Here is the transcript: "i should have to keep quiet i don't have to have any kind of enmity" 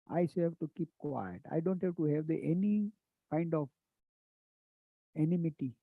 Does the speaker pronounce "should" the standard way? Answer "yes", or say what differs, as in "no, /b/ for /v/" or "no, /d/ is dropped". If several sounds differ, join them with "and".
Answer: no, /s/ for /ʃ/